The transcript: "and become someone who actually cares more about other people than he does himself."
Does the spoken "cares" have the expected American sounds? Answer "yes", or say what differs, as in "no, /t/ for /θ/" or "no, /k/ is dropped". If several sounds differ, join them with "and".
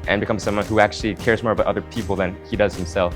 yes